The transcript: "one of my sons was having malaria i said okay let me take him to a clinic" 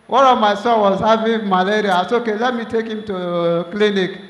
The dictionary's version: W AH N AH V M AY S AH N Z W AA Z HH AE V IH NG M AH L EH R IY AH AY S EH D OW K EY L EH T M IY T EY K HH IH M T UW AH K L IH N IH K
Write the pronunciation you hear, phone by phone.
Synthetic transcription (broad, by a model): W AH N AH V M AY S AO W AA Z HH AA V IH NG M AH L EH R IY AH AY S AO OW K EY L EH T M IY T EY K HH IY M T UW K L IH N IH K